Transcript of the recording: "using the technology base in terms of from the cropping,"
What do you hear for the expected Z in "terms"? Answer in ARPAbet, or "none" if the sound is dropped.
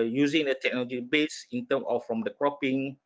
none